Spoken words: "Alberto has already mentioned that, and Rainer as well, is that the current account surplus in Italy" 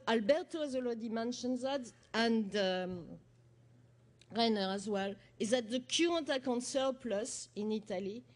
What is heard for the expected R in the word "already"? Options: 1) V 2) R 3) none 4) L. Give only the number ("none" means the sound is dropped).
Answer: 4